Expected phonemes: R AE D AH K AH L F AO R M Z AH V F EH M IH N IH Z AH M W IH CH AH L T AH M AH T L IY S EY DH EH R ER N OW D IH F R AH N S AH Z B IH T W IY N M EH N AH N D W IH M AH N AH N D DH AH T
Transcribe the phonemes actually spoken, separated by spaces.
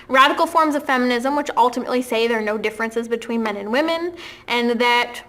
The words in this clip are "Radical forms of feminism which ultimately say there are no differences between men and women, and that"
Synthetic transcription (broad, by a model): R AE D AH K L F AO R M Z AH V F EH M IH N IH Z AH M W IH CH AH L T AH M AH T L IY S EY DH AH R N OW D IH F R AH N S AH Z B IH T W IY N M EH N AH N W IH M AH N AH N DH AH T